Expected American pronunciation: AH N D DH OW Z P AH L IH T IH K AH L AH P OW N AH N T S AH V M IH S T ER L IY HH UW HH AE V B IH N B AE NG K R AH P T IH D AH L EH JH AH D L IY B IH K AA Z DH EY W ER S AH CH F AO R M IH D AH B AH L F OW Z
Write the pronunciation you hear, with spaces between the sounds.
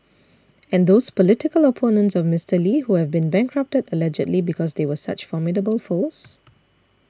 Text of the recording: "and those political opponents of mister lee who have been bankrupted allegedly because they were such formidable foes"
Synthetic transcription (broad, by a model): AH N D OW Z P AH L IH T IH K AH L AH P OW N AH N T S AH V M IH S T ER L IY HH UW HH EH V B IH N B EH NG K R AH P T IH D AH L EH JH AH D L IY B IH K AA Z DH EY W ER S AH CH F AO M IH D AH B AH L F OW S